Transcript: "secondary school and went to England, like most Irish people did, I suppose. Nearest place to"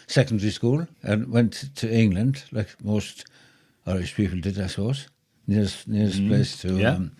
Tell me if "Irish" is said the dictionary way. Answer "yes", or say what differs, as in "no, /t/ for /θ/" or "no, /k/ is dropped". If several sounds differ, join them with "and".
no, /s/ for /ʃ/